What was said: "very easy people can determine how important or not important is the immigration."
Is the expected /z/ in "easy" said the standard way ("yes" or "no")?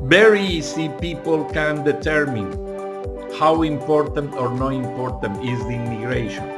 no